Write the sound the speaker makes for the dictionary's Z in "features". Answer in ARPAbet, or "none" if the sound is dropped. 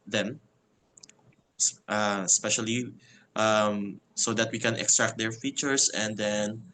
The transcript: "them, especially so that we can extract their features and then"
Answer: S